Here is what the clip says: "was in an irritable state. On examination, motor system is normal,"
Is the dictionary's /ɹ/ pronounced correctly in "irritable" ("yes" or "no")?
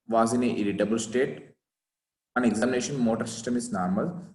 no